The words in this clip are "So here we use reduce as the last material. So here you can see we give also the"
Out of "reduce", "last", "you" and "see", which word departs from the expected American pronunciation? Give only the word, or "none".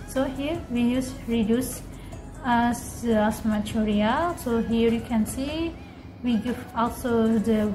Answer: last